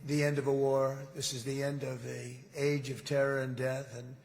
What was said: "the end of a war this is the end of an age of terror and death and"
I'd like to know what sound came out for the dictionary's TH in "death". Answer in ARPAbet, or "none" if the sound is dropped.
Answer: TH